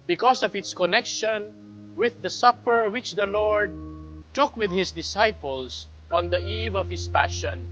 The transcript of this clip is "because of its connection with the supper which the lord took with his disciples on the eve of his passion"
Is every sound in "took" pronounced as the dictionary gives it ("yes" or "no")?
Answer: yes